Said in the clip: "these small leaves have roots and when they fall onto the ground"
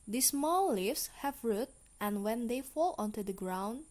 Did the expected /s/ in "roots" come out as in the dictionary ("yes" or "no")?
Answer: no